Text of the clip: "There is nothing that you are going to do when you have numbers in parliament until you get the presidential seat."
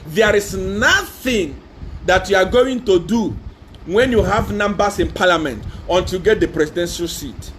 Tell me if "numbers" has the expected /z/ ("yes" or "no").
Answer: no